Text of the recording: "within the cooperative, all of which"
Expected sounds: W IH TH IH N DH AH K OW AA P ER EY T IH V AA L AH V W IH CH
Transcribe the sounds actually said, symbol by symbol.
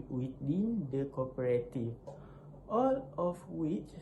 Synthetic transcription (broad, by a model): W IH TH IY N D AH K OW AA P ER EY T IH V AA L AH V W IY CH